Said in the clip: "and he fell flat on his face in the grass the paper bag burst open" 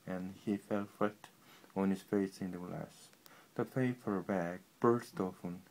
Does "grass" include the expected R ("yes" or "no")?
no